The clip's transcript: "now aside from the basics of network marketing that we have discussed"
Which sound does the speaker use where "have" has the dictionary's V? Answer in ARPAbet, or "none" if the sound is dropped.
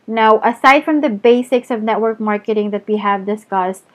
V